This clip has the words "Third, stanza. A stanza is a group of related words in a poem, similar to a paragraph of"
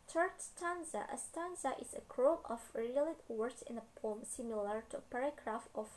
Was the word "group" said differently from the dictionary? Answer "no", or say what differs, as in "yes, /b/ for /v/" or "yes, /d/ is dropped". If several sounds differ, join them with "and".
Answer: yes, /p/ is dropped